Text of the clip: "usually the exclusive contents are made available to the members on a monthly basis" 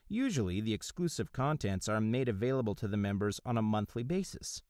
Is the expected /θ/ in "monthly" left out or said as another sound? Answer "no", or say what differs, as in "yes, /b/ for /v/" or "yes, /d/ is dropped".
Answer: no